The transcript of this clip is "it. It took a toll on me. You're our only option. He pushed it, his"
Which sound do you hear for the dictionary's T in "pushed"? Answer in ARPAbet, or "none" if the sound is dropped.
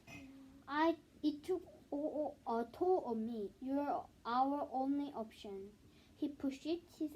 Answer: none